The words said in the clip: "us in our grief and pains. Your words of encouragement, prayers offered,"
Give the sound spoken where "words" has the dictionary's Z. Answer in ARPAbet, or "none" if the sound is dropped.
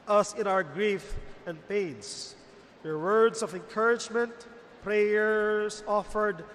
S